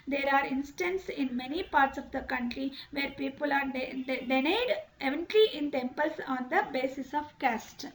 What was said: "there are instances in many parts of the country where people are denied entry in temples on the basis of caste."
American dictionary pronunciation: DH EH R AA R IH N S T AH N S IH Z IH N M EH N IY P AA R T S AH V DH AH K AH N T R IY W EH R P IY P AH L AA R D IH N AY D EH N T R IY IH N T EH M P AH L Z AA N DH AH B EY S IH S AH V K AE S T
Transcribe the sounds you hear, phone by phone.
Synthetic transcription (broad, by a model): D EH R AA R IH N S T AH N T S IH N M EH N IY P AA R T S AH V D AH K AH N T R IY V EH R P IY P AH L AA R D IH N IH D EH N T L IY IH N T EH M P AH L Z AA N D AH B EY S IH S AH V K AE S T